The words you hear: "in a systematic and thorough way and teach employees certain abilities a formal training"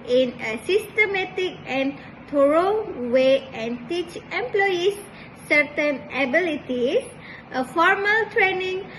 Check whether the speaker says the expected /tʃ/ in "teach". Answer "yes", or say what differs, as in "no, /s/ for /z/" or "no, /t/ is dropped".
yes